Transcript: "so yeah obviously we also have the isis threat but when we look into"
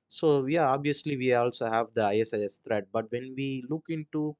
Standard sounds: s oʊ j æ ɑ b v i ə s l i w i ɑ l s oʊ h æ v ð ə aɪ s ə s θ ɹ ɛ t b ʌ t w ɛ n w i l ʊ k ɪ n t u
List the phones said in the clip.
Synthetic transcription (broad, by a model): s oʊ j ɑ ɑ b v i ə s l i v i ɑ l s oʊ h æ v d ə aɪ s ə s t ɹ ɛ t b ʌ t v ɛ n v i l ʊ k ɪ n t u